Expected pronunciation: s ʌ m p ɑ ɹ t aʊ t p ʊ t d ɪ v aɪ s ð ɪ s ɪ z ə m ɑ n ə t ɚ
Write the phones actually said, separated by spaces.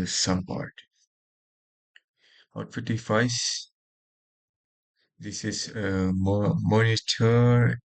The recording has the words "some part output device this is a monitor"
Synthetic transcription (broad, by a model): s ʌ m p ɑ ɹ t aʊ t f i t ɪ f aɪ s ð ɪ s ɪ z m m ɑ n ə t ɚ